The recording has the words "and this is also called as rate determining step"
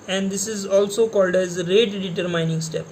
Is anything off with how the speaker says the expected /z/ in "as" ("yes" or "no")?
no